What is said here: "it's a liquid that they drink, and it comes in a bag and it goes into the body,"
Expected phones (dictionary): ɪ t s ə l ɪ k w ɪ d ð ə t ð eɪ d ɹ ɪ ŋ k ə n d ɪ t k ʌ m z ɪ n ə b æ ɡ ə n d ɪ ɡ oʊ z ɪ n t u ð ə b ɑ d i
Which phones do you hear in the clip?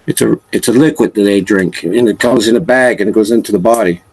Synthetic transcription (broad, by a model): ɪ t s ə l ɪ k w ɪ d ð ə t ð eɪ d ɹ ɪ ŋ k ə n ɪ t k ʌ m z ɪ n ə b æ ɡ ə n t ɡ oʊ z ɪ n t u ð ə b ɑ d i